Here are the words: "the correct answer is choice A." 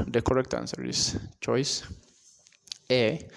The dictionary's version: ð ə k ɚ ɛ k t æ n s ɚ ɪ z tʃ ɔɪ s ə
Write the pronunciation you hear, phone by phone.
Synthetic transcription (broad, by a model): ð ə k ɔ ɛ k t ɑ n s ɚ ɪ s tʃ ɔɪ s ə